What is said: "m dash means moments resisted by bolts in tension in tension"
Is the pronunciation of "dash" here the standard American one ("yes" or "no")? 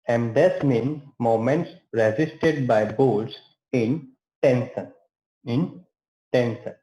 no